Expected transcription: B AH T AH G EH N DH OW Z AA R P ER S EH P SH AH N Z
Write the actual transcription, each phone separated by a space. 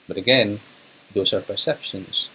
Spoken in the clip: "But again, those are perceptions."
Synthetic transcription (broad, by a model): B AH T AH G EH N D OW S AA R P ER S EH P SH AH N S